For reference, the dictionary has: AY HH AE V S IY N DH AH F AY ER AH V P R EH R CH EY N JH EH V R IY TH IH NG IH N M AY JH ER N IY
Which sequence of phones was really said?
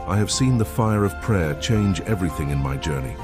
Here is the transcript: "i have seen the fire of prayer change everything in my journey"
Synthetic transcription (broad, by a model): AY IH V S IY N DH AH F AY ER AH V P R EH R CH EY N JH EH V R IY TH IH NG IH N M AY JH ER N IY